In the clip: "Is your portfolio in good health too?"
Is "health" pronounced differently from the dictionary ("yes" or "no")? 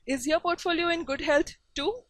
yes